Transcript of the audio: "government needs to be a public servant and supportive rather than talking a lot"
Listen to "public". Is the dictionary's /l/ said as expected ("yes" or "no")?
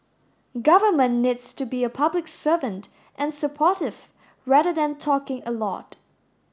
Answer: yes